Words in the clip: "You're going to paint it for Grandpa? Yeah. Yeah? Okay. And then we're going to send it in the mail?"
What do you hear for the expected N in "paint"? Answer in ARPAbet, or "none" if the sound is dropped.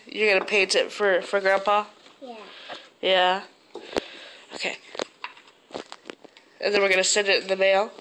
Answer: none